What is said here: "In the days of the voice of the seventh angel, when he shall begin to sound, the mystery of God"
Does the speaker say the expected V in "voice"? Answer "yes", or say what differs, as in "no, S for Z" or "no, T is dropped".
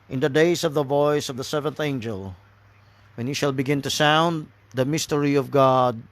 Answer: yes